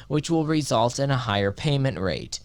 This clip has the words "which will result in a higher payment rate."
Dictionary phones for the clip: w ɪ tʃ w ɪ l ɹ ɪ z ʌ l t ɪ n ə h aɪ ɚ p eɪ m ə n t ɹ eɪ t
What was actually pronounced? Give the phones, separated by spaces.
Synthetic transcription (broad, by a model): w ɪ tʃ w ɪ l ɹ ɪ z ʌ l t ɪ n ə h aɪ ɚ p eɪ m ə n t ɹ eɪ t